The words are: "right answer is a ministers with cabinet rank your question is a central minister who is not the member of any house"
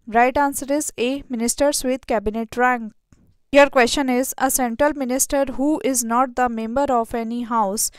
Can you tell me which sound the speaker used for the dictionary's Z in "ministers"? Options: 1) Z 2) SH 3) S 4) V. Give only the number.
3